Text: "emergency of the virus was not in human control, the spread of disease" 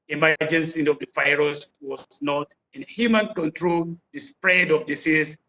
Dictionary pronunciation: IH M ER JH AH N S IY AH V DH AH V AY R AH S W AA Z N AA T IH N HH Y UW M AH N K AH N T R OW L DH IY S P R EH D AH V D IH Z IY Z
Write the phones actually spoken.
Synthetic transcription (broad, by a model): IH M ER JH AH N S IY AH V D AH F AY R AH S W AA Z N AA T IH N HH Y UW M AH N K AH N T R OW L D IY S P R EH D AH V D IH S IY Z